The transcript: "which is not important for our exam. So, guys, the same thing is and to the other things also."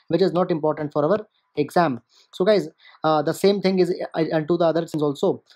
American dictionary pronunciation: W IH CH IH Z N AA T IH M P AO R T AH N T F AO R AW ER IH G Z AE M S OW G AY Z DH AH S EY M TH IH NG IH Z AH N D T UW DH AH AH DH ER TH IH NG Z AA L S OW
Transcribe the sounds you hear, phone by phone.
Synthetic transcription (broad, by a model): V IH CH IH Z N AA T IH M P AO R T AH N T F AO R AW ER IH G Z AE M S OW G AY Z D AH S EY M T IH NG IH Z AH N T UW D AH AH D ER S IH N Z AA L S OW